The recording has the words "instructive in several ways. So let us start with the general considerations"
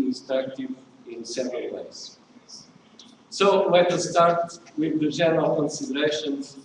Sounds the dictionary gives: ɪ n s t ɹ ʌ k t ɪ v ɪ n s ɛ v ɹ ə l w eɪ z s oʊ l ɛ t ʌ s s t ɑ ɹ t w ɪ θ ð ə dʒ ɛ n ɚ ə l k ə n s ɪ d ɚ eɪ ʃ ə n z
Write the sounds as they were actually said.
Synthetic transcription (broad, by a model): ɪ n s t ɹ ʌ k t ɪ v ɪ n s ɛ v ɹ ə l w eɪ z s oʊ w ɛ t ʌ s s t ɑ ɹ t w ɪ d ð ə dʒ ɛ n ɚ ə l k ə n s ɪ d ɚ eɪ ʃ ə n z